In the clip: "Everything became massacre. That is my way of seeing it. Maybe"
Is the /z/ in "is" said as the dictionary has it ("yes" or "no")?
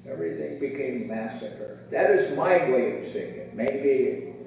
yes